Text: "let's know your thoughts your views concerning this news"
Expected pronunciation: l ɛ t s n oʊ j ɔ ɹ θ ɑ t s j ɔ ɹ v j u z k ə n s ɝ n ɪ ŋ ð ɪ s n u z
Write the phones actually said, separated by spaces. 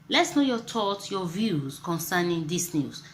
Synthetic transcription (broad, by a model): l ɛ t s n oʊ j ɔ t ɑ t j ɔ v j u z k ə n s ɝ n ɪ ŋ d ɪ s n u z